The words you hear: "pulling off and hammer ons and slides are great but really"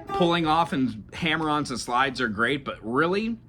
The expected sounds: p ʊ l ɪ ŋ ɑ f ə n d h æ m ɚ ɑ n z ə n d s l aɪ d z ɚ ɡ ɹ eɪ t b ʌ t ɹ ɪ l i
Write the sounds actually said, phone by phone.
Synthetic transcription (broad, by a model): p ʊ l ɪ ŋ ɑ f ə n h æ m ɚ ɑ n z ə n s l aɪ d z ɚ ɡ ɹ eɪ t b ʌ t ɹ ɪ l i